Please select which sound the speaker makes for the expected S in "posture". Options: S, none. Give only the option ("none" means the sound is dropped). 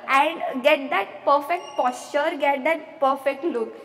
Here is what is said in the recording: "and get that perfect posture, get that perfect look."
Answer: S